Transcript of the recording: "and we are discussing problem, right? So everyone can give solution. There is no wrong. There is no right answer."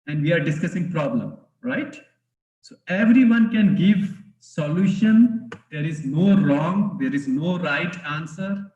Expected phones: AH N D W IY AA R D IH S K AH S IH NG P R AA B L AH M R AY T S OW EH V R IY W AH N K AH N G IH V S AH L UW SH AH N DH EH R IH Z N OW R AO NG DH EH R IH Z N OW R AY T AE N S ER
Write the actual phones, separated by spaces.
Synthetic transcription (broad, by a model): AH N D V IY AA R D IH S K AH S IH NG P R AA B L AH M R AY T S OW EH V R IY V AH N K AH N G IH V S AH L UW SH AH N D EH R IH Z N OW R AO NG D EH R IH Z N OW R AY T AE N S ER